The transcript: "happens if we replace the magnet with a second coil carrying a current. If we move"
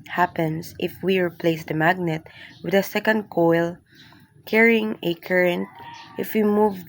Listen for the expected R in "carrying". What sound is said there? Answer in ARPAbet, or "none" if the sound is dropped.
R